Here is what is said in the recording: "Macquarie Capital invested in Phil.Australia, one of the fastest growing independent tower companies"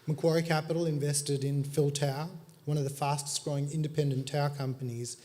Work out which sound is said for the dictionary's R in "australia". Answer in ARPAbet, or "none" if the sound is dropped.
none